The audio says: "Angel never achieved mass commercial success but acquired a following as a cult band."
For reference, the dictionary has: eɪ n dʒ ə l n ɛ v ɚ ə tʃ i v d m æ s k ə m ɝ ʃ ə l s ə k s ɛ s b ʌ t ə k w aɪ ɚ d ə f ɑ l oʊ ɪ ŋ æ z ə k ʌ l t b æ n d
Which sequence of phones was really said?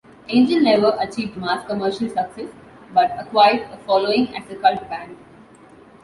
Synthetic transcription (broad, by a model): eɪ n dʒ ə n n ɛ v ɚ ə tʃ i v d m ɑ s k ə m ɝ ʃ ə l s ə k s ɛ s b ʌ t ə k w aɪ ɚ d ə f ɑ l oʊ ɪ ŋ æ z ə k ʌ l t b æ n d